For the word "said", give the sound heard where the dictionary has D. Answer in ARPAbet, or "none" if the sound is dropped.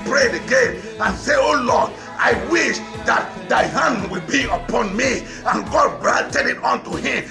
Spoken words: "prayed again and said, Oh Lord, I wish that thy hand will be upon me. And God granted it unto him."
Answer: none